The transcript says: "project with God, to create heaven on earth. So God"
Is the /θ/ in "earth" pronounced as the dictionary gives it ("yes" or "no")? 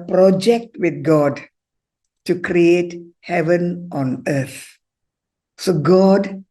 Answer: no